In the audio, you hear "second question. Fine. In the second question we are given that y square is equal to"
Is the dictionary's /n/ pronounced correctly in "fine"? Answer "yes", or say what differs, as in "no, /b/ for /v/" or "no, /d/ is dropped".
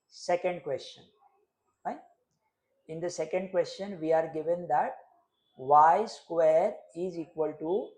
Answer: no, /n/ is dropped